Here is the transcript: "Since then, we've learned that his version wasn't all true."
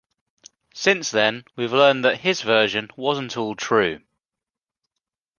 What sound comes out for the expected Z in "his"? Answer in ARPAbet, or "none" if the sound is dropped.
Z